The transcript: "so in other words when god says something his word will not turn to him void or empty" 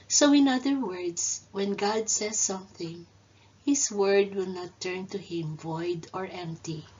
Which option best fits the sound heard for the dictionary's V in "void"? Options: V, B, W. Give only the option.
V